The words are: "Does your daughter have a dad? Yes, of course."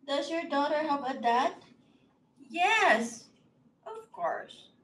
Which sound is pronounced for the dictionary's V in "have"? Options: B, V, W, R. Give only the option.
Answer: B